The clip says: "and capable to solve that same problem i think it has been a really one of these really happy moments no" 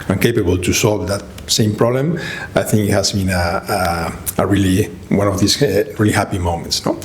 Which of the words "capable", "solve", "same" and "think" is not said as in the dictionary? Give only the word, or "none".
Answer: none